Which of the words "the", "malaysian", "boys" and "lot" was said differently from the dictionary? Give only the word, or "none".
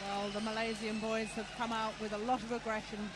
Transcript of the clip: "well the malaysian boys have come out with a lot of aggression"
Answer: malaysian